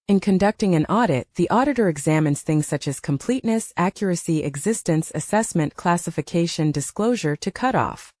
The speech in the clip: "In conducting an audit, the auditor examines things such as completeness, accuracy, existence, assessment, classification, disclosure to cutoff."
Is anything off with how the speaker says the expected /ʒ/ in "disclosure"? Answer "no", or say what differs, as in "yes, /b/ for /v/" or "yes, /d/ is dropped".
no